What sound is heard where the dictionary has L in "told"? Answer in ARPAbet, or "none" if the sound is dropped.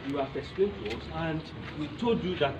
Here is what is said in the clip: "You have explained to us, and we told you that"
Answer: none